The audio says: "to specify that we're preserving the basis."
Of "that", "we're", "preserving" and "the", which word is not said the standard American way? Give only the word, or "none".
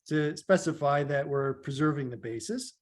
none